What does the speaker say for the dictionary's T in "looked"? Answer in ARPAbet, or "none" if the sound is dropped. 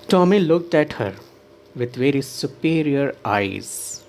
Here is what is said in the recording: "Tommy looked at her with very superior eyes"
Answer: T